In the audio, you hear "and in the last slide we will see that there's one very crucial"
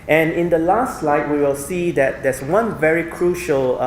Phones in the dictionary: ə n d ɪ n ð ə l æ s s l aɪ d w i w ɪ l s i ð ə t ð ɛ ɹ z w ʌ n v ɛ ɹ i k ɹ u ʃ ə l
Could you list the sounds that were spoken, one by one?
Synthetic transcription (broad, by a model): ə n ɪ n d ə l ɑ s s l aɪ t w i w ɪ l s i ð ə t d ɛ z w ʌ n v ɛ ɹ i k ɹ u ʃ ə l